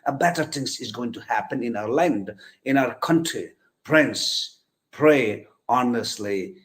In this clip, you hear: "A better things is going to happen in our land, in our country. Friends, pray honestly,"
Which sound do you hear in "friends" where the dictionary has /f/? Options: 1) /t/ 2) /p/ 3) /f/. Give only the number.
2